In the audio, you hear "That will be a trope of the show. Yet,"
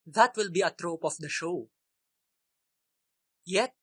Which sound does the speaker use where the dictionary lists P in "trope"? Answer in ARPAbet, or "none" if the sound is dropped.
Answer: P